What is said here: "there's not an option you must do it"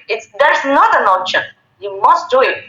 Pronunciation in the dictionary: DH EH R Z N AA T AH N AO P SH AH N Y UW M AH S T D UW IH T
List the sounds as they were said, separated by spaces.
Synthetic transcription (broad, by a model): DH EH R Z N AA T AH N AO SH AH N Y UW M AH S T D UW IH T